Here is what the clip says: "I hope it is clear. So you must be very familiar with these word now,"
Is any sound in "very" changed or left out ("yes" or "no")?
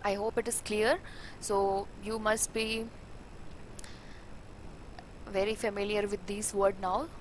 no